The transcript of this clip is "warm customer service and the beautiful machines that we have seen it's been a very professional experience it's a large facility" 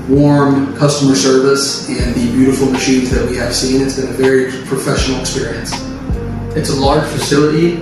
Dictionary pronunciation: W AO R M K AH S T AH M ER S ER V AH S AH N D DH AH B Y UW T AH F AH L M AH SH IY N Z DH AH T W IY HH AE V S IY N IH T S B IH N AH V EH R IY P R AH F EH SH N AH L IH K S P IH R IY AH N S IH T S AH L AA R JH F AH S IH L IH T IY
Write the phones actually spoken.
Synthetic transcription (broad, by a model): W AO R M K AH S T AH M ER S ER V AH S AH N DH AH B Y UW T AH F L M AH SH IY N Z DH AH T W IY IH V S IY N IH T S B IH N AH V EH R IY P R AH F EH SH N L IH K S P IH R IY AH N S IH T S AH L AA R ZH F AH S IH L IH T IY